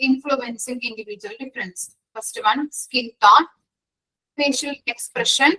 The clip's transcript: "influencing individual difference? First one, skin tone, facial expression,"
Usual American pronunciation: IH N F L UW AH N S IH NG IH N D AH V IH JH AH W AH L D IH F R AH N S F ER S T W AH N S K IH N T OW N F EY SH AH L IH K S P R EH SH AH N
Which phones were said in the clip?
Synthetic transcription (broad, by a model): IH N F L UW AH N S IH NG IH N D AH V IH JH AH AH L D IH F R AH N S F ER S T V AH N S K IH L T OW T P EY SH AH L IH K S P R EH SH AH N